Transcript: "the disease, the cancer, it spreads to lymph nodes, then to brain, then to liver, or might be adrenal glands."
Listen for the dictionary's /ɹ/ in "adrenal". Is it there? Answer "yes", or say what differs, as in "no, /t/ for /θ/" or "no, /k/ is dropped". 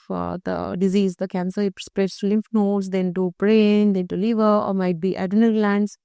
no, /ɹ/ is dropped